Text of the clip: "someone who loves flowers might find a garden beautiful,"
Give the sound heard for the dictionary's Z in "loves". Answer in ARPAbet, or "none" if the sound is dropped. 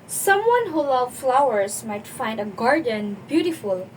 none